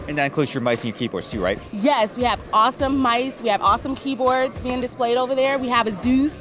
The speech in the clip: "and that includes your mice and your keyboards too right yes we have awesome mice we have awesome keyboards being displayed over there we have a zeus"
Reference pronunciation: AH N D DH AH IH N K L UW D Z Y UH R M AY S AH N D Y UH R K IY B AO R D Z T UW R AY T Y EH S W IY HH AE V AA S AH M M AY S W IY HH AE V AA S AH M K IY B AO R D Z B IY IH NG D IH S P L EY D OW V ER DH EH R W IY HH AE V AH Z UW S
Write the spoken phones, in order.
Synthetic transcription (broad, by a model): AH N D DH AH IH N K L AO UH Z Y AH R M AY S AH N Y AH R K IY B AO R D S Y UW R AY T Y EH S W IY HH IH V AA S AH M M AY S W IY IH V AA S AH M K IY B AO R D Z B IY IH NG D IH S P L EY D OW V ER DH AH R W IY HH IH V AH Z UW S